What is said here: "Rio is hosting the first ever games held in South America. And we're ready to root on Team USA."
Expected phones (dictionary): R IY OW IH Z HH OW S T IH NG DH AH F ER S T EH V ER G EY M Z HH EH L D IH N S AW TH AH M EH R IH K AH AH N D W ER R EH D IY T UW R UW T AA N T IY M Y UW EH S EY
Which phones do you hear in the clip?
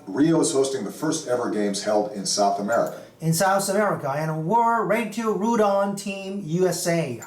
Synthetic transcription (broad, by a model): R IY OW IH Z HH OW S T IH NG DH AH F ER S T EH V ER G EY M Z HH EH L D IH N S AW TH AH M EH R IH K AH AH N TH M ER W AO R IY T UW R UW T AA N T IY M Y UW EH S EY